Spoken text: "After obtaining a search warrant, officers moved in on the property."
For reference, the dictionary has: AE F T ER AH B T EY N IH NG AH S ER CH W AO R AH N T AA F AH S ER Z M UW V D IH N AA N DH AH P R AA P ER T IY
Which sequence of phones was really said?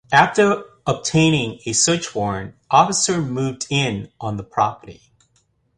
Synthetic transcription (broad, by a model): AE F T ER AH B T EY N IH NG AH S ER CH W AO R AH N T AA F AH S ER M UW V D IH N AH N DH AH P R AA P ER T IY